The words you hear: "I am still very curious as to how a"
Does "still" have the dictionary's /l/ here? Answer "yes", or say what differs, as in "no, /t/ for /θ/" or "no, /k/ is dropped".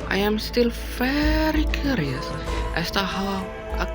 yes